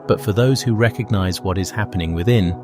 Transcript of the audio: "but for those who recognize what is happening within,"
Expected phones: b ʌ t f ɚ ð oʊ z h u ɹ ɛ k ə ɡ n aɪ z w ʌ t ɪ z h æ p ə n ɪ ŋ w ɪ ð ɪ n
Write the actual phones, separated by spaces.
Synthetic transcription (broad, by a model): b ʌ t f ɚ ð oʊ z h u ɹ ɛ k ə ɡ n aɪ z w ʌ t ɪ z h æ p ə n ɪ ŋ w ɪ ð ɪ n